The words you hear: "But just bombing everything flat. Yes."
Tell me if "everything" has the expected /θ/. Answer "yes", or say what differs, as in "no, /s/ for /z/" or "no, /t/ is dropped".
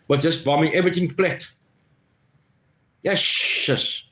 no, /t/ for /θ/